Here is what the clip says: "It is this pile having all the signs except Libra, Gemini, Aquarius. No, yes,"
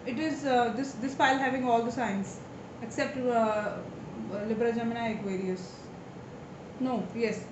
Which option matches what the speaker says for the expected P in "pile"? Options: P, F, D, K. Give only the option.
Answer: F